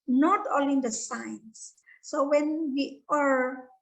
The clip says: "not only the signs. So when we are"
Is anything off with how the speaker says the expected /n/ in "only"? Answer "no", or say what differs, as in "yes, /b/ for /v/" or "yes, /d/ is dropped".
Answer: yes, /n/ is dropped